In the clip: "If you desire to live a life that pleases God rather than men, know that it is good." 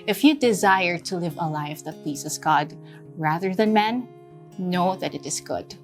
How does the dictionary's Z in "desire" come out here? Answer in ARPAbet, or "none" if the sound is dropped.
Z